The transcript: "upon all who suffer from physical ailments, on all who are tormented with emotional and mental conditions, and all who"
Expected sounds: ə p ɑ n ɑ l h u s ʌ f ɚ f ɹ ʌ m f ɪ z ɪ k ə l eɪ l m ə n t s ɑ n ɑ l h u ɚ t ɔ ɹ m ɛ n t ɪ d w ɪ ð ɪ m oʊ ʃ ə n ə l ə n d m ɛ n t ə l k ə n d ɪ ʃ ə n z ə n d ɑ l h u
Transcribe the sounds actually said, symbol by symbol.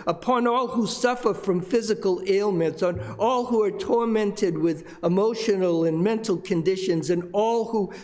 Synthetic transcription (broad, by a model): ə p ɑ n ɑ l h u s ʌ f ɚ f ɹ ʌ m f ɪ z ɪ k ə l eɪ l m ə n t s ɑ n ɑ l h u ɚ t ɔ ɹ m ɛ n t ɪ d w ɪ ð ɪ m oʊ ʃ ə n l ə n m ɛ n t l k ə n d ɪ ʃ ə n z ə n ɑ l h u